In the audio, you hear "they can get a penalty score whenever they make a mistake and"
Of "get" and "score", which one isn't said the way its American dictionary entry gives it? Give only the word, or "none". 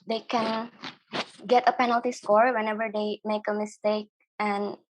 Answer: none